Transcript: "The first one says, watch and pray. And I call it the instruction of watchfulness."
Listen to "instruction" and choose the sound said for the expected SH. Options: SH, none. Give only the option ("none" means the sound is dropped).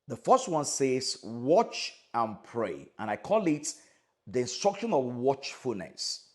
SH